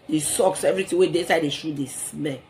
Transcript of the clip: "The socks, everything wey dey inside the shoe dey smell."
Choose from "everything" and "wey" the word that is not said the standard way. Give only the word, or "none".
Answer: everything